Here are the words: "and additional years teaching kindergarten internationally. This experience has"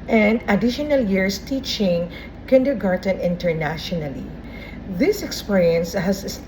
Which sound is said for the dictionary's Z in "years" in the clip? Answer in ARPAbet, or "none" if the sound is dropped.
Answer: S